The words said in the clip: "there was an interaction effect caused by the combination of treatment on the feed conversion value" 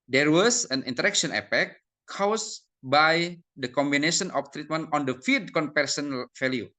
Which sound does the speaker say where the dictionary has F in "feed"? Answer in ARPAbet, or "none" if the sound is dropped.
F